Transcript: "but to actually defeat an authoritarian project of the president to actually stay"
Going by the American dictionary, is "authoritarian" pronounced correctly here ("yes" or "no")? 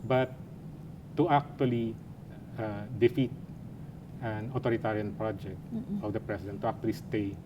no